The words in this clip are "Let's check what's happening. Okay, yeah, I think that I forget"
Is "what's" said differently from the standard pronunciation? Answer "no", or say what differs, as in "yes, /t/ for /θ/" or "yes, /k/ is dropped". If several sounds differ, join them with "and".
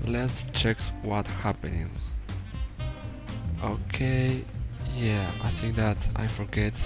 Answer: yes, /s/ is dropped